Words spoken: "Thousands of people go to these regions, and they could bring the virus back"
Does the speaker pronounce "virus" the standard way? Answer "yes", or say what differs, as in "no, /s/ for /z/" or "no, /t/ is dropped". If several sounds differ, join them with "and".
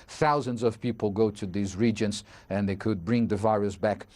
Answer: yes